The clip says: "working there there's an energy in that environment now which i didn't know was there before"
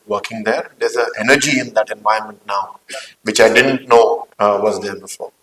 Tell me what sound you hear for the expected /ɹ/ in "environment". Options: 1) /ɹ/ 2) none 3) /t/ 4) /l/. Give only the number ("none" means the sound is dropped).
2